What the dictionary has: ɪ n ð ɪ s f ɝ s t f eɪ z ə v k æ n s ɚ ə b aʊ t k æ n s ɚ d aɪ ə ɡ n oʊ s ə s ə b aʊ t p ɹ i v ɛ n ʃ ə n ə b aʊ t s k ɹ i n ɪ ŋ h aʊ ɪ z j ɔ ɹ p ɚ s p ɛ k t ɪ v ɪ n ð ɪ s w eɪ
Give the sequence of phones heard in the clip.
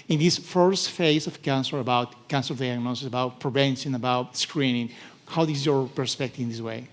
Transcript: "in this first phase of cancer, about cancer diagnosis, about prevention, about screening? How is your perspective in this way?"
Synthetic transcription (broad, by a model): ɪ n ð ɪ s f ɝ s t f eɪ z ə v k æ n s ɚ ə b aʊ t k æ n s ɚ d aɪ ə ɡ n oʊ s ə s ə b aʊ t p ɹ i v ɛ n s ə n ə b aʊ t s k ɹ i n ɪ ŋ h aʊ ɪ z j ɔ ɹ p ɚ s p ɛ k t ɪ v ɪ n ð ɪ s w eɪ